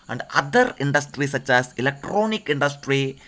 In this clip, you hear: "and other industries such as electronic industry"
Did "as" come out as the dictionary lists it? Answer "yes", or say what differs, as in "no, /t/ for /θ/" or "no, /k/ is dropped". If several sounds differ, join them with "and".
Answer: no, /s/ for /z/